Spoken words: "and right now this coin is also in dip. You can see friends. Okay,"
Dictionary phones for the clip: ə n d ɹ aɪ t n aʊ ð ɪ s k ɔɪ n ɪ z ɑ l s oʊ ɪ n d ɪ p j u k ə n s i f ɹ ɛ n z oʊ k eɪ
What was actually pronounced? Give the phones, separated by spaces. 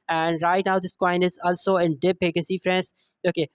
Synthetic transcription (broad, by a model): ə n d ɹ aɪ t n aʊ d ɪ s k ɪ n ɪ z ɑ l s oʊ ɪ n d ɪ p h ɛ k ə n s i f ɹ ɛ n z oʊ k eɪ